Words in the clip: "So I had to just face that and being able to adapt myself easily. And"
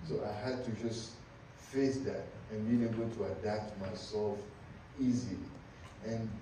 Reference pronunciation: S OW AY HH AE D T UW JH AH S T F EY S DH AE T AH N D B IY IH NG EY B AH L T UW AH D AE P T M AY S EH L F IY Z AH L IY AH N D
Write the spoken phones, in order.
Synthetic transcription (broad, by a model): S OW AY HH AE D T UW JH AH S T F EY S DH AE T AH N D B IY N EY B AH L T UW AH D AE P T M AY S EH L F IY Z AH L IY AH N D